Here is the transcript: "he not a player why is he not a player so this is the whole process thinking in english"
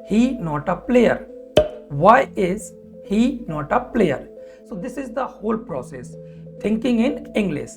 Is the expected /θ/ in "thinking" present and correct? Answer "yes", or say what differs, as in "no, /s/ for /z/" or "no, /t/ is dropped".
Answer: no, /t/ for /θ/